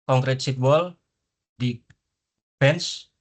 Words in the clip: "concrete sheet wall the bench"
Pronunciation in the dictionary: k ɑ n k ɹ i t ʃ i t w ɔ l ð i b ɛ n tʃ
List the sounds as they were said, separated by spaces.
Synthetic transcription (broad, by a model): k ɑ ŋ k ɹ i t s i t w ɔ l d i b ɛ n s